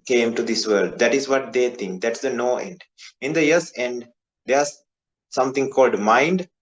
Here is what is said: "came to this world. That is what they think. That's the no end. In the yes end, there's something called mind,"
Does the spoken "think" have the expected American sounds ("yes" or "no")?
no